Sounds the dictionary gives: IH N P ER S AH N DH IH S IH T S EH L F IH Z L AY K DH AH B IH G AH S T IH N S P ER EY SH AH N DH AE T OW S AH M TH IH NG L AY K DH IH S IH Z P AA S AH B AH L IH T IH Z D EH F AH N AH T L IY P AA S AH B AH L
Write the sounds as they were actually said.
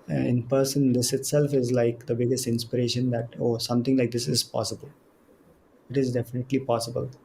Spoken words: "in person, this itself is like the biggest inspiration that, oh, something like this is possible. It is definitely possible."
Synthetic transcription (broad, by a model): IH N P ER S AH N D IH S IH T S EH L F IH Z L AY K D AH B IH G AH S T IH N S P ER EY SH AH N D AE T OW S AH M T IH NG L AY K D IH S IH Z P AA S AH B AH L IH T IH Z D EH F AH N AH T L IY P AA S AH B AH L